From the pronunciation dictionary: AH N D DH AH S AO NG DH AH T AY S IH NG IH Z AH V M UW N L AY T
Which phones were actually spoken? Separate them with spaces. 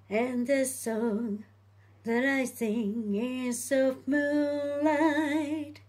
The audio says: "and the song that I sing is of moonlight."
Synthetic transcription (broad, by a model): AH N DH AH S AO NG DH AH T AY S IH NG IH S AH F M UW L AY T